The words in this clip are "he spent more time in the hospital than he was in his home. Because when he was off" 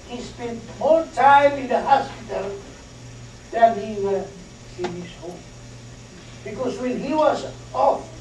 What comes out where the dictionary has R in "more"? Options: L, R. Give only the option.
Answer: L